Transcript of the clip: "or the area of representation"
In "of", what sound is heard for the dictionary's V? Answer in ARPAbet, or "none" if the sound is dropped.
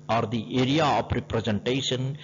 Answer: P